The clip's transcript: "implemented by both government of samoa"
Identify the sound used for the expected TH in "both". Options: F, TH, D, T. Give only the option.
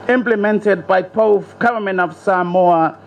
F